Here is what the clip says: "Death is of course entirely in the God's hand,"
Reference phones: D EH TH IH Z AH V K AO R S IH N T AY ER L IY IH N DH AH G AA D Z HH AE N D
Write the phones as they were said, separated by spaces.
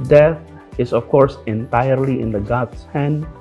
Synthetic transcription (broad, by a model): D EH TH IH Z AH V K AO R S IH N T AY ER L IY IH N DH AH G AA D S HH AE N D